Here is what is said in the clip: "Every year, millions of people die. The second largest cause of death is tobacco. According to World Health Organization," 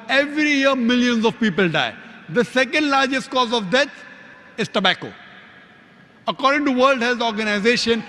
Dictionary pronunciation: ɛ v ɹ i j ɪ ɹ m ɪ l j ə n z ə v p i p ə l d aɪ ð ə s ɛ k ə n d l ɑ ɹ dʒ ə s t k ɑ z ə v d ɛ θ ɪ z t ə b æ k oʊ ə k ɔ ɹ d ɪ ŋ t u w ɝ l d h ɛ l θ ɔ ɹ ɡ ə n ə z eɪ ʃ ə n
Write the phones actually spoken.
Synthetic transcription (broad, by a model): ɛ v ɹ i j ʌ ɹ m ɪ l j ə n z ə v p i p ə l d aɪ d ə s ɛ k ə n d l ɑ ɹ dʒ ə s t k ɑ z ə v d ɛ t ɪ z t ə b æ k oʊ ə k ɔ ɹ d ɪ ŋ t u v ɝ l d h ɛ l t ɔ ɹ ɡ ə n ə z eɪ ʃ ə n